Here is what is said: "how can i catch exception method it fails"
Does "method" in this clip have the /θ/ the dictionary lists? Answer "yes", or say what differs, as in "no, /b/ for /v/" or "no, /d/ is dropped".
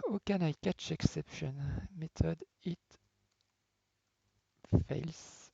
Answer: no, /t/ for /θ/